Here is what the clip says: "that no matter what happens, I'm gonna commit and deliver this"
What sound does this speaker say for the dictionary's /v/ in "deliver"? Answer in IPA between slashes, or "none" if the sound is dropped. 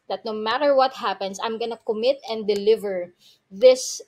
/v/